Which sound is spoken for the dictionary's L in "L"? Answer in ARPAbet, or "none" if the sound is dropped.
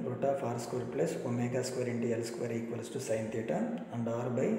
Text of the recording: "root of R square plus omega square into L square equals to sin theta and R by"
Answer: L